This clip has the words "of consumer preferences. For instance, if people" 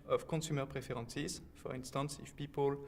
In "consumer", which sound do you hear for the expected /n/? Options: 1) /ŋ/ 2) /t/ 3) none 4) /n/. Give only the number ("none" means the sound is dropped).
3